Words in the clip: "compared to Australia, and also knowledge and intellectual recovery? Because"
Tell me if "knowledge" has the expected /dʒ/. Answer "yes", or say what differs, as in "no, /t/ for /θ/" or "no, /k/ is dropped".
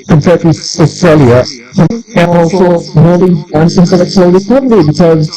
no, /dʒ/ is dropped